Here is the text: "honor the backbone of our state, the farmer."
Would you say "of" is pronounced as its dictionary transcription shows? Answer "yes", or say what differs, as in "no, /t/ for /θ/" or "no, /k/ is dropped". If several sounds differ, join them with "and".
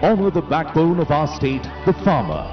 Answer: yes